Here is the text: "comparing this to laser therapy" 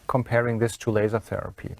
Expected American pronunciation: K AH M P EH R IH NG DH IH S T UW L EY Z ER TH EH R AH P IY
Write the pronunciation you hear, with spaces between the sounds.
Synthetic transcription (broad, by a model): K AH M P EH R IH NG DH IH S T UW L EY Z ER TH EH R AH P IY